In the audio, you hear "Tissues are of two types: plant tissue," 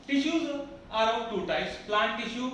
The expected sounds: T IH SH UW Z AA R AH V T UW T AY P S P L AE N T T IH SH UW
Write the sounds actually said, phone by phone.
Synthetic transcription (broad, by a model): T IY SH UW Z AA R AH P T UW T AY S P L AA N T T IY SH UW